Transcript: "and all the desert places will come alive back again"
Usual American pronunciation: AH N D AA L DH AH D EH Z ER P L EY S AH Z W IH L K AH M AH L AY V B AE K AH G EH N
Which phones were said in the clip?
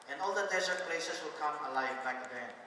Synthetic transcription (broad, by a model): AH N AA L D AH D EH S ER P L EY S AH S W IH L K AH M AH L AY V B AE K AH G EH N